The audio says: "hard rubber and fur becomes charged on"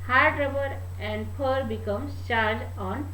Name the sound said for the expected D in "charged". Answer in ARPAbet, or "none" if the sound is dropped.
none